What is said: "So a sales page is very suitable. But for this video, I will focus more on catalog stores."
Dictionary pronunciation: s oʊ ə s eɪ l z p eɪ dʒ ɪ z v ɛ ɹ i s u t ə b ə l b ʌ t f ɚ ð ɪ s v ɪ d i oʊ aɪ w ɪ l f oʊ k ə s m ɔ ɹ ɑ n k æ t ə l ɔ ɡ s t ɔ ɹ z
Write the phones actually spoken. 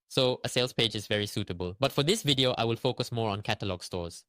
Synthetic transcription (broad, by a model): s oʊ ə s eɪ l s p eɪ dʒ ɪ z v ɛ ɹ i s u t ə b ə l b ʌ t f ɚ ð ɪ s v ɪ d i oʊ aɪ w ɪ l f oʊ k ə s m ɔ ɹ ɑ n k æ t ə l ɔ ɡ s t ɔ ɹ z